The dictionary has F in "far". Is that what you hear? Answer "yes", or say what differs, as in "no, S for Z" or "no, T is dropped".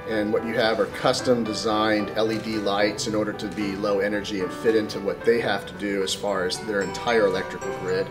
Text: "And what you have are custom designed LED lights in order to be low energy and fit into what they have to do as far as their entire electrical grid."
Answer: yes